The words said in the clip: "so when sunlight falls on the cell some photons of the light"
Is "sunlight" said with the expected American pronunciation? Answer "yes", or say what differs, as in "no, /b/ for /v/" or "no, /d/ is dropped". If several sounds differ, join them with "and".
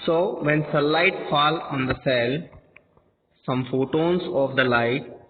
no, /n/ is dropped